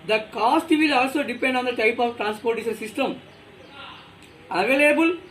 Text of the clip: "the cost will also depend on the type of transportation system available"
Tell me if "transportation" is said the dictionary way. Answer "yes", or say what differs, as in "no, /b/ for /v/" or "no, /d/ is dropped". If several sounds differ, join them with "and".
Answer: no, /s/ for /ʃ/